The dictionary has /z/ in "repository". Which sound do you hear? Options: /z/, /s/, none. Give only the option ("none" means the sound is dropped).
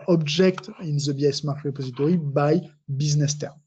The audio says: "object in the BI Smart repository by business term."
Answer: /z/